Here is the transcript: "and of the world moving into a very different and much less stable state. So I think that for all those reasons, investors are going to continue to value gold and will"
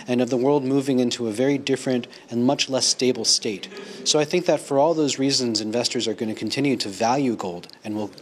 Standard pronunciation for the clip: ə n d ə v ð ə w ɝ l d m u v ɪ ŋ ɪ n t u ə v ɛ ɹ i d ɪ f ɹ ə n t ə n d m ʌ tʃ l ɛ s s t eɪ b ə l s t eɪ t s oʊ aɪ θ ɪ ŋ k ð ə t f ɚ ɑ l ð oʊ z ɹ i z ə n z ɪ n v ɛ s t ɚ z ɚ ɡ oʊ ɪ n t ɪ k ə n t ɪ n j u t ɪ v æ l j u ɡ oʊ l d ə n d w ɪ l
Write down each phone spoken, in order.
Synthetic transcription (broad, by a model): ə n ə v ð ə w ɝ l d m u v ɪ ŋ ɪ n t u ə v ɛ ɹ i d ɪ f ɹ ə n t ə n m ʌ tʃ l ɛ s s t eɪ b l s t eɪ t s oʊ aɪ θ ɪ ŋ k ð ə t f ɚ ɑ l ð oʊ z ɹ i z ə n z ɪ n v ɛ s t ɚ z ɚ ɡ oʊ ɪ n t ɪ k n t ɪ n j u t ɪ v æ l j u ɡ oʊ l d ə n w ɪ l